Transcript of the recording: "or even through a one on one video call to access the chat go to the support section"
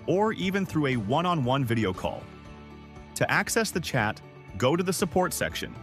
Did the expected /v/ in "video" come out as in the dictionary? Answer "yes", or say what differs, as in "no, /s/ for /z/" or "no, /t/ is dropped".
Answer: yes